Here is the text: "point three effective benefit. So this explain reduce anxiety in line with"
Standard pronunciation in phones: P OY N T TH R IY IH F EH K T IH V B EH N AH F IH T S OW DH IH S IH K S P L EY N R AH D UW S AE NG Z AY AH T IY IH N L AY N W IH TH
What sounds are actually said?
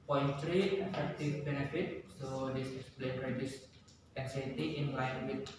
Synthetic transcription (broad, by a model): P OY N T R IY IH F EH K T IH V B EH N AH F IH T S OW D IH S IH S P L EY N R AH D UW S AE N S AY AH T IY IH N L AY N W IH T